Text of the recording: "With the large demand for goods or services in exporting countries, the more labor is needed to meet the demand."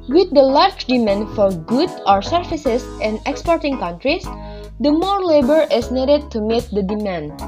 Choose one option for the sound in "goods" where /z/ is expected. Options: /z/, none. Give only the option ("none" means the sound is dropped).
none